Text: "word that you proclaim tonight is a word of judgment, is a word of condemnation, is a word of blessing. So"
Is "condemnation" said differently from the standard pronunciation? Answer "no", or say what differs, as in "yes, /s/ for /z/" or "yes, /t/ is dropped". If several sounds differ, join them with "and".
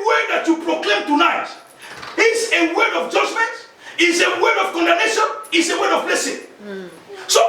yes, /m/ is dropped